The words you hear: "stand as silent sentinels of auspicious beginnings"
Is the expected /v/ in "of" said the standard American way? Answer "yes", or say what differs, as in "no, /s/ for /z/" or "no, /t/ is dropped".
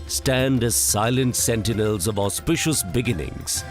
yes